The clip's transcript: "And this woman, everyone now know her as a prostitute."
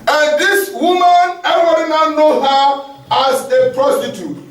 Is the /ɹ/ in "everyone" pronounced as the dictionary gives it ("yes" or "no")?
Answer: no